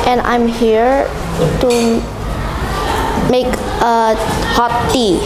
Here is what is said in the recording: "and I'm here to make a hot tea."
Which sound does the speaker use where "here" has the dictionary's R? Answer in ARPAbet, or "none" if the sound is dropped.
R